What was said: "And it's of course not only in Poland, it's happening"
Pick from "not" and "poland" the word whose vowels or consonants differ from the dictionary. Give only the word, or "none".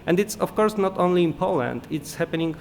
none